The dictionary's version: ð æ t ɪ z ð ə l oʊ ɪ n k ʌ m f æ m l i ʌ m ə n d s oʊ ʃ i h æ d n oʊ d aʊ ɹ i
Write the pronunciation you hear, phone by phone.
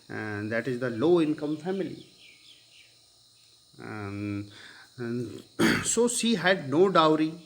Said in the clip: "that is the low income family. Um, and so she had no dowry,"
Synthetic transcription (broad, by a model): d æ t ɪ z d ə l oʊ ɪ n k ʌ m f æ m i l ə s oʊ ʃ i h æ d n oʊ d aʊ ɹ i